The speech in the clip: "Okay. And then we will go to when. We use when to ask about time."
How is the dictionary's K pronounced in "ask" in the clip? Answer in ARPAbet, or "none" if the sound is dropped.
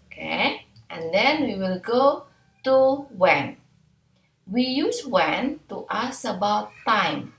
none